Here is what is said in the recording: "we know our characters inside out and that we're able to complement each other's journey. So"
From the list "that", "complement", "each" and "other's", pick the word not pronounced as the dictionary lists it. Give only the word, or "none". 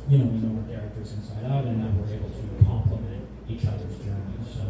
none